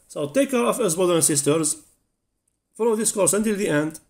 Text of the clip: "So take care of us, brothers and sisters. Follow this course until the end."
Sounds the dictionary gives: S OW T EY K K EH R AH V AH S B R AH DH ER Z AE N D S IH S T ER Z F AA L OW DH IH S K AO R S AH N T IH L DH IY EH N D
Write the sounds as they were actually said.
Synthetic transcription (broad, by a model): S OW T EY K K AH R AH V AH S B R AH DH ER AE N S IH S T ER Z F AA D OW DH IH S K AO R S AH N T IH L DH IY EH N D